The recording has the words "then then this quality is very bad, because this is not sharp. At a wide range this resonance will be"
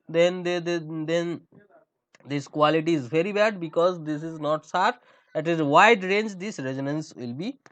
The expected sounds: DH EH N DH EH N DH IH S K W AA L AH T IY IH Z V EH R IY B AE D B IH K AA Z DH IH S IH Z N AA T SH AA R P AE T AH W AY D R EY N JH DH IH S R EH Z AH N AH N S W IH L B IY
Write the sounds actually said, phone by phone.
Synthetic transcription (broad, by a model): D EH N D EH N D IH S K W AA L AH T IY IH Z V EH R IY B AE D B IH K AA Z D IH S IH Z N AA T S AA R AE T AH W AY D R EY N JH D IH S R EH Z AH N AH N S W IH L B IY